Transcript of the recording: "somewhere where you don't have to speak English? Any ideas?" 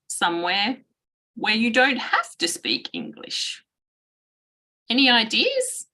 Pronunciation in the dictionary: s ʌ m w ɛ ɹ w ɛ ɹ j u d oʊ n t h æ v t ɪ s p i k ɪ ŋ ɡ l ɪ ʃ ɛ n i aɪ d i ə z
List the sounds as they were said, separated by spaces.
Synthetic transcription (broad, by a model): s ʌ m w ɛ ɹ w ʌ ɹ j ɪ d oʊ n t h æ f t ɪ s p i k ɪ ŋ ɡ l ɪ ʃ ɛ n i aɪ d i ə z